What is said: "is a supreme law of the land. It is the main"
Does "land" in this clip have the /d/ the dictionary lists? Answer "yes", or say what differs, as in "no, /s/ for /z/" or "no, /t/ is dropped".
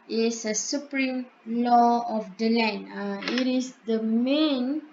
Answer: no, /d/ is dropped